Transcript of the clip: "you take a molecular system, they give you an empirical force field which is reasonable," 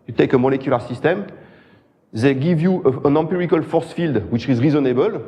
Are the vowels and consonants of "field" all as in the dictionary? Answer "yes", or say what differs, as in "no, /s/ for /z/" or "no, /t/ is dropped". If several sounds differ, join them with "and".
yes